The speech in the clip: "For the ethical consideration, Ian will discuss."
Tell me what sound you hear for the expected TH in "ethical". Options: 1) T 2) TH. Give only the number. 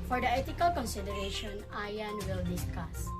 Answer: 1